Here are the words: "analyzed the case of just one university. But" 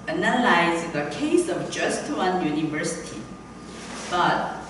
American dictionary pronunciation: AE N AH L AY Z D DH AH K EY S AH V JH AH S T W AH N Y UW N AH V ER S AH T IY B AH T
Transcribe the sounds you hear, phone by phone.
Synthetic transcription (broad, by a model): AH N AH L AY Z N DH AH K EY S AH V JH AH S T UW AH N Y UW N AH V ER S AH T IY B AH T